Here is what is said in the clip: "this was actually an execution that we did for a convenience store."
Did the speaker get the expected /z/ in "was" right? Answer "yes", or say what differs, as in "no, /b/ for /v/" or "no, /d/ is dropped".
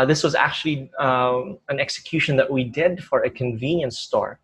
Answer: yes